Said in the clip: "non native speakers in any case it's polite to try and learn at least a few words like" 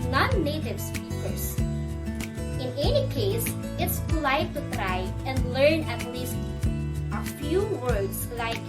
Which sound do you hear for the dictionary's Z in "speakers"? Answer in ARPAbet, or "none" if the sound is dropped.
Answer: S